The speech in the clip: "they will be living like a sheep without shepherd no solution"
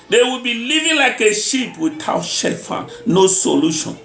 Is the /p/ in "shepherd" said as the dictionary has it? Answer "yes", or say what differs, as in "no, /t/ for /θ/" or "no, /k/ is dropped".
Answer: no, /f/ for /p/